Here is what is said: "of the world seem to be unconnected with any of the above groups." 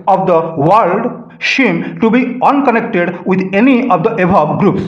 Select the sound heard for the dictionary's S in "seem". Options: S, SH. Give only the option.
SH